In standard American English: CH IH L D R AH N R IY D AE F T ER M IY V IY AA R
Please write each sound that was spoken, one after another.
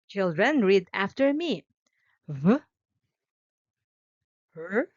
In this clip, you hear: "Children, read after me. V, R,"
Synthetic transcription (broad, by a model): CH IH L D R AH N R IY D AE F T ER M IY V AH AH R